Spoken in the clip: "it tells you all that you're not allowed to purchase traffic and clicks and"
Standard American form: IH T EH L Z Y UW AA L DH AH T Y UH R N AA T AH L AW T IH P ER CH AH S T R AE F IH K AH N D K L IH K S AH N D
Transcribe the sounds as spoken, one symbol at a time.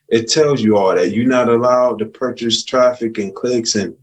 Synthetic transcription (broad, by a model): IH T EH L Z Y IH AA L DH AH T Y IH N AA T AH L AW T IH P ER CH AH S T R AE F IH K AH N K L IH K S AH N